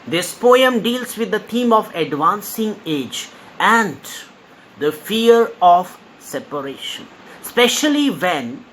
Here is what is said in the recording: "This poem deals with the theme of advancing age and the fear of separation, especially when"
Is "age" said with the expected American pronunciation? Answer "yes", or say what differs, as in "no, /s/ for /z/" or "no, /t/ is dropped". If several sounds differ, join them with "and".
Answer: yes